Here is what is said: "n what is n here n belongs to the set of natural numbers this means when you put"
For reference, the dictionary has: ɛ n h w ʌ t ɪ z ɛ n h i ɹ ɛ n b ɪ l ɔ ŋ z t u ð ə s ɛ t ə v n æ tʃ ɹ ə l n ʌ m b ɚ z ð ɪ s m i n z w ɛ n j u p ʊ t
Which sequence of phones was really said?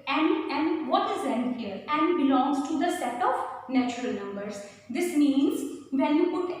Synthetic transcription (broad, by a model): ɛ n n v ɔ t ɪ z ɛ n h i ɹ ɛ n b ɪ l ɔ ŋ z t u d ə s ɛ t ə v n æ tʃ ɹ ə l n ʌ m b ɚ z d ɪ s m i n z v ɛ n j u p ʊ t